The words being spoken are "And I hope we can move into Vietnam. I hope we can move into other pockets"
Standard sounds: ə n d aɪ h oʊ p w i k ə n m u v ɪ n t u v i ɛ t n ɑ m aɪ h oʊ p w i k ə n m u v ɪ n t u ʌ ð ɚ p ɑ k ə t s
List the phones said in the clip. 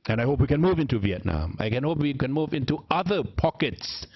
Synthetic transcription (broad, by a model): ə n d aɪ h oʊ p w i k ə n m u v ɪ n t u v i ɛ t n ɑ m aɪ h oʊ p w i k ə n m u v ɪ n t u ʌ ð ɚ p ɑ k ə t s